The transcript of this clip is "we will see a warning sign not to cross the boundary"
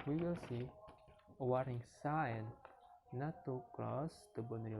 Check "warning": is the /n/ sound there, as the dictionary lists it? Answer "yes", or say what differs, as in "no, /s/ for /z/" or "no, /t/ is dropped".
no, /n/ is dropped